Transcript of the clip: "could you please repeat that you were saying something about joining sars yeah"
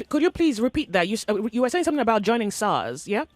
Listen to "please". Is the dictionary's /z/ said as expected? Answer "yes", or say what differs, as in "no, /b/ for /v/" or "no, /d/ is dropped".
yes